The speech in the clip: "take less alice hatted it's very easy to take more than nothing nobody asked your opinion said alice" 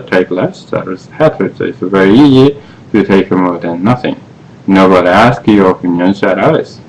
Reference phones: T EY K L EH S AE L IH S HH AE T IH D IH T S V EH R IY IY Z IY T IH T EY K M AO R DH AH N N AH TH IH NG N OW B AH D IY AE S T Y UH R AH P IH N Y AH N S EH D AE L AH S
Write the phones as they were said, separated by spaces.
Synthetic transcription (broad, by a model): T EY K L EH S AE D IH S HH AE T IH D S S V EH R IY IY Z IY T IH T EY K M AO R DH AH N N AH TH IH NG N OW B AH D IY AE S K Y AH R AH P IH N Y AH N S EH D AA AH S